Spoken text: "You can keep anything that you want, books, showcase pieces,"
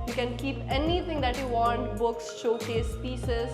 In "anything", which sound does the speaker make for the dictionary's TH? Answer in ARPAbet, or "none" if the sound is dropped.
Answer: T